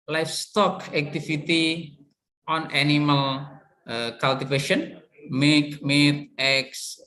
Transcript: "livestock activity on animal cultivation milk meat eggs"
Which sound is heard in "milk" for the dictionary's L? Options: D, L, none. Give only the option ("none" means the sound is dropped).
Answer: none